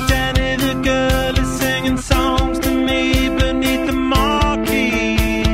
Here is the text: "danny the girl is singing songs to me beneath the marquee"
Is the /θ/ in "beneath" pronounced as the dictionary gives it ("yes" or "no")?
yes